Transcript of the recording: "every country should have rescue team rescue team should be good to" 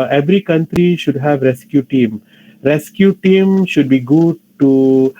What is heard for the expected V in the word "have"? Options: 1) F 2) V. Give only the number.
2